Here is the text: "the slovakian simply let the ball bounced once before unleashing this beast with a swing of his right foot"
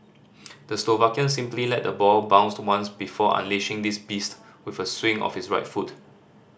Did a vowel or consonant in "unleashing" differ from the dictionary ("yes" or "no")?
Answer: no